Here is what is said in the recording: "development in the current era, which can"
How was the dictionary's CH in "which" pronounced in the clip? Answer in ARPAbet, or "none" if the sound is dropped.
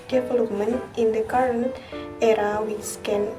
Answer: S